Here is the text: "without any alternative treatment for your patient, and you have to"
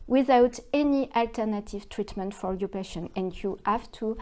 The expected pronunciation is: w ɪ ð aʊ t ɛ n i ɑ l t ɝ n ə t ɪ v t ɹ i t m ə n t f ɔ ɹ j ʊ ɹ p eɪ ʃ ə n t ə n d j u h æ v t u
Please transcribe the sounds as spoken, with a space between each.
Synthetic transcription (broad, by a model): w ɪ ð aʊ t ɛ n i ɑ l t ɝ n ə t ɪ v t ɹ i t m ə n t f ɔ ɹ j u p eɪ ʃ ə n ə n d j u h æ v t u